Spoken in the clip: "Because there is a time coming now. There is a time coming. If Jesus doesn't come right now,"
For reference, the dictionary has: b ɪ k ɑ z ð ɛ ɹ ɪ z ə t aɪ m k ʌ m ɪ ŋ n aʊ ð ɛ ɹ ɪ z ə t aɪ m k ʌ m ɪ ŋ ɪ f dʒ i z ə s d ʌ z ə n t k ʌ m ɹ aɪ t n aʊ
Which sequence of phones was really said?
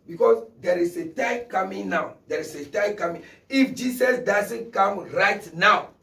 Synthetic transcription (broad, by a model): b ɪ k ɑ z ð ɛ ɹ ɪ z ə t aɪ m k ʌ m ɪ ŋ n aʊ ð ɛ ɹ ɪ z ə t aɪ m k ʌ m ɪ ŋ ɪ f dʒ i s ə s d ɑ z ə n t k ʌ m ɹ aɪ t n aʊ